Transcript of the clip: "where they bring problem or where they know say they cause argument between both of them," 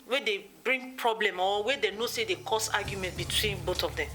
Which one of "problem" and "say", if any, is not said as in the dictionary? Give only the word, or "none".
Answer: none